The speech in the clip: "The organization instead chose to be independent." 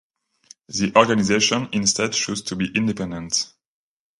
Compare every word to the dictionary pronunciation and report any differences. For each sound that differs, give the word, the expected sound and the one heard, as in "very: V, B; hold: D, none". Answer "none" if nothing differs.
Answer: chose: CH, SH